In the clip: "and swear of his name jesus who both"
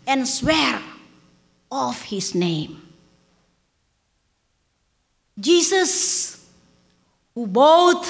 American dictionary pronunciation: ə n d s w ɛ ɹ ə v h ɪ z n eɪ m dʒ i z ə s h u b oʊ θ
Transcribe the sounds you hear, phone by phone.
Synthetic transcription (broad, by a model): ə n s w ɛ ɹ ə f h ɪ s n eɪ m dʒ i s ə s h u b oʊ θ